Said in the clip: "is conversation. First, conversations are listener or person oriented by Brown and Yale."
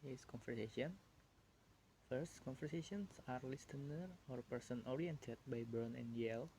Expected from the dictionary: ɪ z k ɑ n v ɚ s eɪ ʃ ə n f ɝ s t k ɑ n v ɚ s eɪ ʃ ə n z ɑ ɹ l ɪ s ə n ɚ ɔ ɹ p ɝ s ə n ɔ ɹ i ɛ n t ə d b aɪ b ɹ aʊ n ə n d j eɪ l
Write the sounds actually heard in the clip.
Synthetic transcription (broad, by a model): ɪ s k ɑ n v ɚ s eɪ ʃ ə n f ɝ s t k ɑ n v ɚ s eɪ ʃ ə n s ɑ ɹ l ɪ s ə n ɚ ɔ ɹ p ɝ s ə n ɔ ɹ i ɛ n t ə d b aɪ b aʊ n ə n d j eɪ l